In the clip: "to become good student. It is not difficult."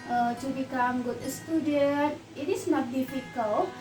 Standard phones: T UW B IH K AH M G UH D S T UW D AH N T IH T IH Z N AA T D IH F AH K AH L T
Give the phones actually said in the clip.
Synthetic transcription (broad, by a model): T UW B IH K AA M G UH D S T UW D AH T IH T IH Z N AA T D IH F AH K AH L